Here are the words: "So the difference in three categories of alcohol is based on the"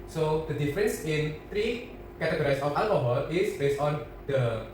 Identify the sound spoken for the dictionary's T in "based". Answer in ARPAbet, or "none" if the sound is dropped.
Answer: T